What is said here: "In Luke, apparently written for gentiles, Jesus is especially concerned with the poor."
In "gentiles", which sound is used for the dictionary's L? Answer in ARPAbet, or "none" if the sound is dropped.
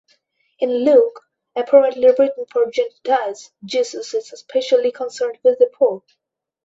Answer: none